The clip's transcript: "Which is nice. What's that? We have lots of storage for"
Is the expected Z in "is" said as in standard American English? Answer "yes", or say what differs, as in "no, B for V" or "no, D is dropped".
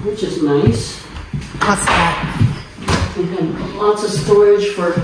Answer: yes